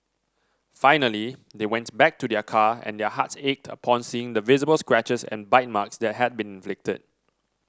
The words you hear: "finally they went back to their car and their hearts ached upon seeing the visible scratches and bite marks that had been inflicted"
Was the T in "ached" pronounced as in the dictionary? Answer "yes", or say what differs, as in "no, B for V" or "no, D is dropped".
yes